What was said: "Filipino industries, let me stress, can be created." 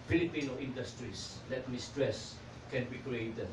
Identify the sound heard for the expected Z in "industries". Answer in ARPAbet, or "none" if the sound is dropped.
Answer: S